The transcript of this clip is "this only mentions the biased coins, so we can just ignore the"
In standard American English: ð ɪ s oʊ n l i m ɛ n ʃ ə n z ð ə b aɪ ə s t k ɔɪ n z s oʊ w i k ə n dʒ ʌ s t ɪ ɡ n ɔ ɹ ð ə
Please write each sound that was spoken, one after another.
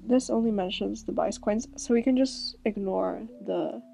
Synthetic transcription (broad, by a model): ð ɪ s oʊ n l i m ɛ n ʃ ə n z ð ə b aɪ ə s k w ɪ n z s oʊ w i k ə n dʒ ʌ s t ɪ ɡ n ɔ ɹ ð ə